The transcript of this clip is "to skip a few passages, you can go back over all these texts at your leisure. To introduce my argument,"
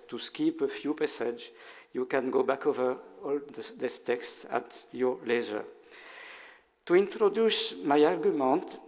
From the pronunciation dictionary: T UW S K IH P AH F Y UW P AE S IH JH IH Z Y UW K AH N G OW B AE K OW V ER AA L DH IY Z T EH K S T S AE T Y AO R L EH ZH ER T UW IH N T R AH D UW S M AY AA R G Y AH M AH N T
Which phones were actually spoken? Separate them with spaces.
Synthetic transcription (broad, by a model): T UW S K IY P AH F Y UW P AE S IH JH Y UW K AH N G OW B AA K OW V ER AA L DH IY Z T EH K S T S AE T Y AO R L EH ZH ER T UW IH N T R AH D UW S M AY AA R G Y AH M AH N T